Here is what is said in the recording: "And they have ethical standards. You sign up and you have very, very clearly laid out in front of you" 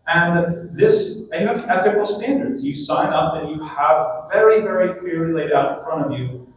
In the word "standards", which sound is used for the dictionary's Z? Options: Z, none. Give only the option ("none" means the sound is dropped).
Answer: Z